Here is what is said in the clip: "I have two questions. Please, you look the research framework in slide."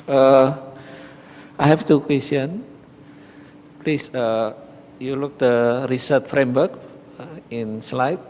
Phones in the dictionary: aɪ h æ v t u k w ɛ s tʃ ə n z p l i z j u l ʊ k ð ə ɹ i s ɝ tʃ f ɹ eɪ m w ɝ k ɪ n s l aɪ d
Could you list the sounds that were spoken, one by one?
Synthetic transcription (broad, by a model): aɪ h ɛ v t u k w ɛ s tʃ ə n p l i s j u l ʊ k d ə ɹ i s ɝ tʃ f ɹ eɪ m w ɝ k ɪ n s l aɪ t